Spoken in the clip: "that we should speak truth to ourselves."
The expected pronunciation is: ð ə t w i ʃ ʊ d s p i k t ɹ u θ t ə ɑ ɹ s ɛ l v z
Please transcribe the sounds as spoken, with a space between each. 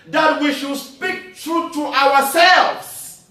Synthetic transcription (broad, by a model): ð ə t w i ʃ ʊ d s p i k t ɹ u t t ə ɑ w s ɛ l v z